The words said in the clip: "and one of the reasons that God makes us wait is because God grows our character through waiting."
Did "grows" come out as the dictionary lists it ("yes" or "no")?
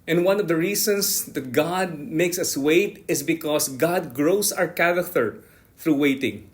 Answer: no